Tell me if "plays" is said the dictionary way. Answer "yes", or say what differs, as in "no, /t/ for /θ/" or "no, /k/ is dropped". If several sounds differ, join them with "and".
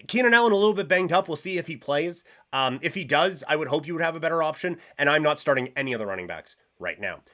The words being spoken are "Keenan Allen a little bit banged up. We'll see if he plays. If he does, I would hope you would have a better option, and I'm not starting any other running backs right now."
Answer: yes